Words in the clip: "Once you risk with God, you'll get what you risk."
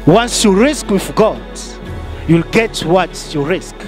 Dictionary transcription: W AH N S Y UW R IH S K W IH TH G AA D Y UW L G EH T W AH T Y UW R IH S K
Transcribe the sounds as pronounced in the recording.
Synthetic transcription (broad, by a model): W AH N S Y UW R IH S K W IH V G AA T Y UW L G EH T W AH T Y UW R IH S K